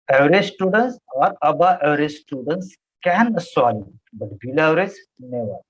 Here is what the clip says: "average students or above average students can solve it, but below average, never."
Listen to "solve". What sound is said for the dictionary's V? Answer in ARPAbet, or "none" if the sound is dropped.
none